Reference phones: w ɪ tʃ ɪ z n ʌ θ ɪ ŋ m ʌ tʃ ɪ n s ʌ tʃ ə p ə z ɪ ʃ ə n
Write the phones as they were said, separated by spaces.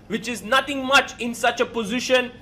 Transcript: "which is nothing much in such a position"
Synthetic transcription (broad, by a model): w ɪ tʃ ɪ z n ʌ t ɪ ŋ m ʌ tʃ ɪ n s ʌ tʃ ə p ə z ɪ ʃ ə n